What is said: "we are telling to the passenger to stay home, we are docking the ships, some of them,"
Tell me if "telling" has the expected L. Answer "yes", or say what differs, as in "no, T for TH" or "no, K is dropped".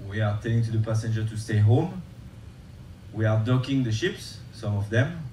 no, N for L